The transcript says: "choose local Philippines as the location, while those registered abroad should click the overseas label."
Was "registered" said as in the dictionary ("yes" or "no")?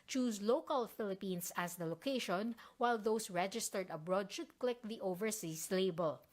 yes